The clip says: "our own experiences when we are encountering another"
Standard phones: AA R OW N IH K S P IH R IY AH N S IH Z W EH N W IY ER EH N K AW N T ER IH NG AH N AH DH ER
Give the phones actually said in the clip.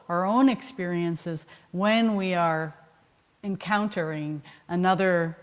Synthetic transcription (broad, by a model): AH R OW N IH K S P IH R IY AH N S IH Z W EH N W IY ER EH N K AW N T ER IH NG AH N AH DH ER